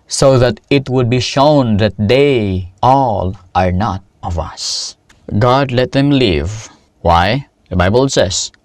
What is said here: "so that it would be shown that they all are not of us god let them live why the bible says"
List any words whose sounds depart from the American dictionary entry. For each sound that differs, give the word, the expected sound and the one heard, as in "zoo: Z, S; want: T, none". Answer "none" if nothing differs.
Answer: none